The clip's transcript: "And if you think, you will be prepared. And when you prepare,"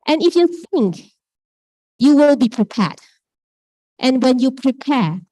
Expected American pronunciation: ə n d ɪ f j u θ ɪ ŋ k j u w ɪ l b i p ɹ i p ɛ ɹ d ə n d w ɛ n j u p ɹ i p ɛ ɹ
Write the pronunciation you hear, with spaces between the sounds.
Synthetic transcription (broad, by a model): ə n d ɪ f j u θ ɪ ŋ k j u w ɪ l b i p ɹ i p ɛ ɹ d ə n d w ɛ n j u p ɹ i p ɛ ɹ